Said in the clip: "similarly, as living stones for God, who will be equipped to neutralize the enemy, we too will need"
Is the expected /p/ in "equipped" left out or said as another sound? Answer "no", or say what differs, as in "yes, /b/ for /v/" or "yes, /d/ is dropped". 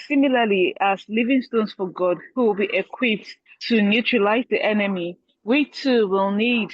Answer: no